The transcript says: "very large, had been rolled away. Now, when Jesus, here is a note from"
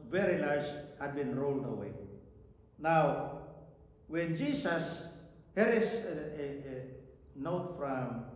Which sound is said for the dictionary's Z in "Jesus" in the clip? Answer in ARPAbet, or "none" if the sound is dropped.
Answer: S